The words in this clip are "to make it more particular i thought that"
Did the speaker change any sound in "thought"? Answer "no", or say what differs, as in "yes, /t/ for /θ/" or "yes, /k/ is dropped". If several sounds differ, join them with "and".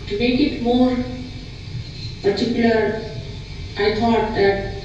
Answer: yes, /t/ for /θ/